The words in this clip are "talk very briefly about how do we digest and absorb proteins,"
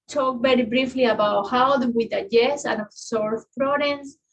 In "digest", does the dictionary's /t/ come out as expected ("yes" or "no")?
no